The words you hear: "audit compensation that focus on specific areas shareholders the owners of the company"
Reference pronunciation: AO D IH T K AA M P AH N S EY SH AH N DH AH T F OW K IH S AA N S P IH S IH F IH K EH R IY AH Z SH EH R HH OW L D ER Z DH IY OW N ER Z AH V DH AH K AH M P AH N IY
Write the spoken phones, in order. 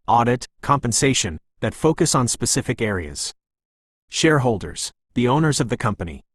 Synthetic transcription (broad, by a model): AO D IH T K AA M P AH N S EY SH AH N DH AH T F OW K IH S N S P IH S IH F IH K EH R IY AH Z SH EH R HH OW L D ER Z DH IY OW N ER Z AH V DH AH K AH M P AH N IY